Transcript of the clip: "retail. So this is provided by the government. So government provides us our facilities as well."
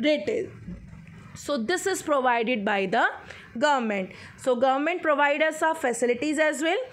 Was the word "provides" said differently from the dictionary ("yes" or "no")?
yes